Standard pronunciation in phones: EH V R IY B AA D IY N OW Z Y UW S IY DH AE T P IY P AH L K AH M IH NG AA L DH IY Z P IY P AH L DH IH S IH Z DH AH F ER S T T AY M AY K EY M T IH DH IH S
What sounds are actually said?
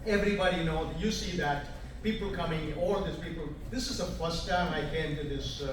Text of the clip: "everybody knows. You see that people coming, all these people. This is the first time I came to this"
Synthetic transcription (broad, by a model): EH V R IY B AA D IY N OW Y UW S IY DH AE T P IY P AH L K AH M IH NG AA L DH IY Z P IY P AH L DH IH S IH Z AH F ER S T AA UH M AY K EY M T IH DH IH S